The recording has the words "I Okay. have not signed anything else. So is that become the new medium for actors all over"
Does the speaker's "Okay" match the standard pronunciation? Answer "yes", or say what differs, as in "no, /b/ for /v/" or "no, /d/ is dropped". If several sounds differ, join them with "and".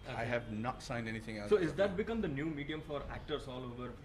no, /k/ is dropped